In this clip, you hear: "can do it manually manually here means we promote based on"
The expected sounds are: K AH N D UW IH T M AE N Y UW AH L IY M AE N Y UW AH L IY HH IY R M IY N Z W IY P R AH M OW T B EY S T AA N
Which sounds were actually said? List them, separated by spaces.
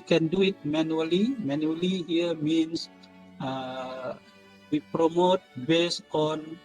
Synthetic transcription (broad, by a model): K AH N D UW IH T M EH N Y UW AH L IY M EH N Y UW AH L IY HH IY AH M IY N S W IY P R AH M OW T B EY S AA N